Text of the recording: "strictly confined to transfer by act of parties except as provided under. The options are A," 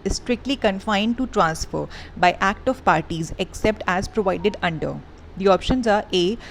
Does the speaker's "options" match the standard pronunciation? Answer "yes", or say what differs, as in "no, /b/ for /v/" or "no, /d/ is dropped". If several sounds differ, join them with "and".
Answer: yes